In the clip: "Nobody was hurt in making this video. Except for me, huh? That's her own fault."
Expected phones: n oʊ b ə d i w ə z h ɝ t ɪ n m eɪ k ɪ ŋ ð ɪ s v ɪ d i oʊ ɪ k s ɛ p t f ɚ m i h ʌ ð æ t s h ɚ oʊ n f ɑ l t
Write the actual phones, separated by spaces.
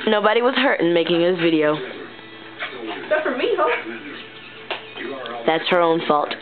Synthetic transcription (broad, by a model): n oʊ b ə d i w ə z h ɝ t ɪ n m eɪ k ɪ ŋ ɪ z v ɪ d i oʊ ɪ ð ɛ t f ɚ m i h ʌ ð æ t s h ɚ oʊ n f ɑ l t